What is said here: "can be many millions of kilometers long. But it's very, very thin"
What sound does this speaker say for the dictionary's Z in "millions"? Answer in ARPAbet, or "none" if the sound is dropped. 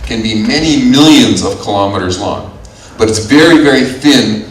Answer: Z